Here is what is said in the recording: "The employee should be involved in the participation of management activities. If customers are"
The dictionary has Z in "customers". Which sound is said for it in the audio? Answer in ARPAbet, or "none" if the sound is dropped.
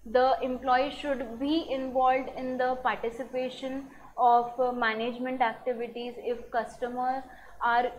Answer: none